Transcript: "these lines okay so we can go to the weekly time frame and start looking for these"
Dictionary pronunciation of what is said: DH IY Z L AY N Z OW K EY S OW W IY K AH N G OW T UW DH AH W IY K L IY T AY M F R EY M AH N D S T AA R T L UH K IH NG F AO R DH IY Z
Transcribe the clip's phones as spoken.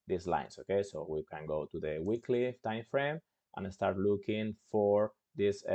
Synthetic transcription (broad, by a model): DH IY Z L AY N S OW K EY S OW W IY K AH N G OW T UW DH AH W IY K L IY T AY M F R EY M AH N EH S T AA R T L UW K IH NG F AO R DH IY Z